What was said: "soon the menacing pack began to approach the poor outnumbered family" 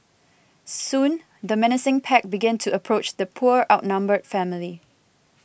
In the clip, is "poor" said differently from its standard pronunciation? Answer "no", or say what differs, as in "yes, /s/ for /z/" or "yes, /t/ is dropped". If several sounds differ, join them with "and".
no